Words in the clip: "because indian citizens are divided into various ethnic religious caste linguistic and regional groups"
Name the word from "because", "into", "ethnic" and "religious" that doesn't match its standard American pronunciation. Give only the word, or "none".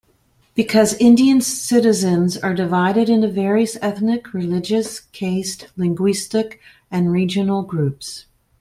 none